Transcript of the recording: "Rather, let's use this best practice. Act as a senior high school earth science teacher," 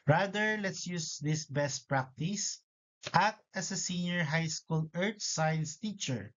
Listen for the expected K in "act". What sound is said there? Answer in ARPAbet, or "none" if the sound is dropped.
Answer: none